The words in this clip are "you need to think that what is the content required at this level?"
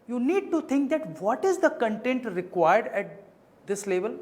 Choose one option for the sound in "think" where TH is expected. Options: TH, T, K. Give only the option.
T